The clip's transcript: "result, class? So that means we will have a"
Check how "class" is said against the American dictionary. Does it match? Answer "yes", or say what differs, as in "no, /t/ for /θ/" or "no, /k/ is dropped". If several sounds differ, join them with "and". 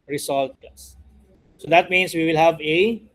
no, /l/ is dropped